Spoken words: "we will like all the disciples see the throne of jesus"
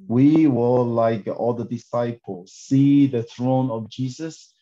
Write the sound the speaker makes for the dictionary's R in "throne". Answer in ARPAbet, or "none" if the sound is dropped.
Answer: R